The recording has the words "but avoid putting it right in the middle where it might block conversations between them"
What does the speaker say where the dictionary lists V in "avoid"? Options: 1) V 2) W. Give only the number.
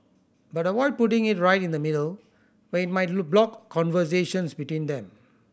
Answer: 2